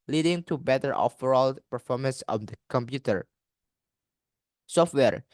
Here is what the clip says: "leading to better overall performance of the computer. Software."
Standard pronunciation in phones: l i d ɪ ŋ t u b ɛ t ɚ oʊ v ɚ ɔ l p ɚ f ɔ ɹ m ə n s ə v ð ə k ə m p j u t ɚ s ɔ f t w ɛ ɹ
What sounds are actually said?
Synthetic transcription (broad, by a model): l i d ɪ ŋ t u b ɛ t ɚ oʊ f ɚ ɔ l p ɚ f ɔ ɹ m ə n s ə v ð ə k ə m p j u t ɚ s ɔ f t w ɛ ɹ